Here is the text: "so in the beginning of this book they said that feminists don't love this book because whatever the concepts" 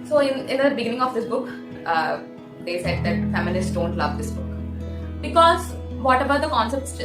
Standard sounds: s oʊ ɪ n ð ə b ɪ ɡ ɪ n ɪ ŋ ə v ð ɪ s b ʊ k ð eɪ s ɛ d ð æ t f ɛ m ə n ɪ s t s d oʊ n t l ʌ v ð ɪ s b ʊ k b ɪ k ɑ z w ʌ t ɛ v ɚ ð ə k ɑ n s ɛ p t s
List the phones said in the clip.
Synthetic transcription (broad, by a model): s oʊ ɪ n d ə b ɪ ɡ ɪ n ɪ ŋ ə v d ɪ s b ʊ k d eɪ s ɛ d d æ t f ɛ m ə l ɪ s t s d oʊ n t l ʌ v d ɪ s b ʊ k b ɪ k ɑ z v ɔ t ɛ b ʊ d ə k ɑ n s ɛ p t s